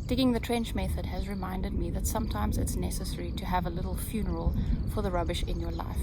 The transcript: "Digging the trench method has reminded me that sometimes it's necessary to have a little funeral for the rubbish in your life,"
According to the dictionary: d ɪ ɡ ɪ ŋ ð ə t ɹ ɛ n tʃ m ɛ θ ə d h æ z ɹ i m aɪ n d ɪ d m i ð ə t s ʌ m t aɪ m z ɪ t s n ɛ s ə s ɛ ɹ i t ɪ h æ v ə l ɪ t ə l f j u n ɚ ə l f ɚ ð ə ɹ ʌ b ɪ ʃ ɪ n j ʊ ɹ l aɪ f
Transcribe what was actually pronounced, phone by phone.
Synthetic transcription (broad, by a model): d ɪ ɡ ɪ ŋ ð ə t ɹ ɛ n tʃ m ɛ θ ə d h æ z ɹ i m aɪ n d ɪ d m i ð ə t s ʌ m t aɪ m z ɪ t s n ɛ s ə s ɛ ɹ i t ɪ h v ə l ɪ t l f j u n ɚ ə l f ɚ ð ə ɹ ʌ b ɪ ʃ ɪ n j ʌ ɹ l aɪ f